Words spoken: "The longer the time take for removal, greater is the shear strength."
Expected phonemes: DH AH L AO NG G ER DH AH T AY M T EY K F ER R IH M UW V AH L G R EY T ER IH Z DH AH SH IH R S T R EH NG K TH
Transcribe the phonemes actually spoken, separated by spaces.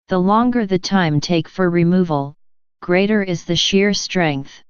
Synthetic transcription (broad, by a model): DH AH L AO NG G ER DH AH T AY M T EY K F ER R IH M UW V AH L G R EY T ER IH Z DH AH SH IH R S T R EH NG K TH